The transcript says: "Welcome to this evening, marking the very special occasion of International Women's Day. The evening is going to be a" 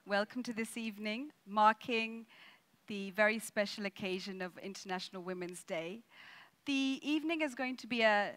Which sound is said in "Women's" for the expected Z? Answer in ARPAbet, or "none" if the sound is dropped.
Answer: Z